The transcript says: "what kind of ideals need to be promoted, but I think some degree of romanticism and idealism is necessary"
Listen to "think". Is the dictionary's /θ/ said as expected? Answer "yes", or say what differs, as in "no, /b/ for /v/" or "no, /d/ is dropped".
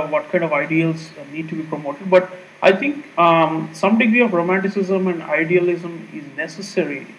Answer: no, /t/ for /θ/